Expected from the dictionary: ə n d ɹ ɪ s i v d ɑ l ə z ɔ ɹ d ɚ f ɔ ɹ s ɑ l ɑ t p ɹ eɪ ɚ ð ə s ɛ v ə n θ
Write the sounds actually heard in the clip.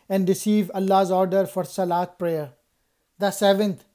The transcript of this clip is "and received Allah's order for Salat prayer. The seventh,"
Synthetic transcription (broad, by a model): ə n d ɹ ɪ s i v ʌ l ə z ɔ ɹ d ɚ f ɔ ɹ s ɑ l ɑ t p ɹ eɪ ɚ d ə s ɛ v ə n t